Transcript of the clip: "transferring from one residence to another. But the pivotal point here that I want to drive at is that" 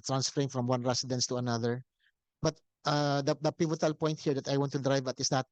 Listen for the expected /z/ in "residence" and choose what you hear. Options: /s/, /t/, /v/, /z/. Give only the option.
/s/